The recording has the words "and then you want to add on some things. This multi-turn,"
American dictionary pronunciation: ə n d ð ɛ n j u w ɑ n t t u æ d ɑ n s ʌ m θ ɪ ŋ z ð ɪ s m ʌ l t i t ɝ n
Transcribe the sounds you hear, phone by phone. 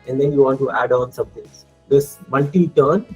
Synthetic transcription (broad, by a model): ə n d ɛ n j u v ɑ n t t u æ d ɑ n s ʌ m t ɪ ŋ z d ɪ s m ʌ l t i t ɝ n